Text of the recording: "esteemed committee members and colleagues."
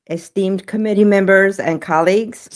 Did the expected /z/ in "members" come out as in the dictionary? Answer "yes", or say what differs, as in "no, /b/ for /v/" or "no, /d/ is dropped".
yes